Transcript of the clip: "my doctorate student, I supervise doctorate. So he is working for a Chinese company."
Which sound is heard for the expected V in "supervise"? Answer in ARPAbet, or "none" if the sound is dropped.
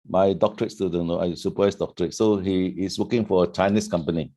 none